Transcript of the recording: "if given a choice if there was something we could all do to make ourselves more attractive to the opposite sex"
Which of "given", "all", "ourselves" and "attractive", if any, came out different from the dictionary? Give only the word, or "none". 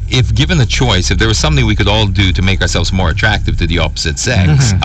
none